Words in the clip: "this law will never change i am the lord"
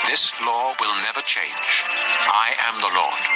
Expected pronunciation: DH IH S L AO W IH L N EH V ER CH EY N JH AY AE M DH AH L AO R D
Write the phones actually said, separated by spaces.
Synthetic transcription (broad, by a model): DH IH S L AO W IH L N EH V ER CH EY N JH AY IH M DH AH L AO R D